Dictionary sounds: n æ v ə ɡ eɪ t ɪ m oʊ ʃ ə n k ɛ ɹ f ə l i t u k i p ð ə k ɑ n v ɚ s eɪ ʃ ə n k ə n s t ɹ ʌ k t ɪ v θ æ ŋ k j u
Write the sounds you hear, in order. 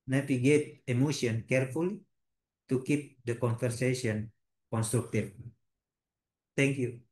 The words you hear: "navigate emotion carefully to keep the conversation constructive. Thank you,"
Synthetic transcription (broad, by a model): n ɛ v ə ɡ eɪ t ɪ m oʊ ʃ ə n k ɛ ɹ f ə l i t u k i p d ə k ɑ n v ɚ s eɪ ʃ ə n k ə n s t ɹ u k t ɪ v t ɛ ŋ k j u